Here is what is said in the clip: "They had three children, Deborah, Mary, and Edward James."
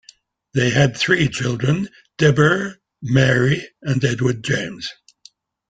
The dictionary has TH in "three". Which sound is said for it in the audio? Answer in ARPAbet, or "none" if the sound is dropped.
TH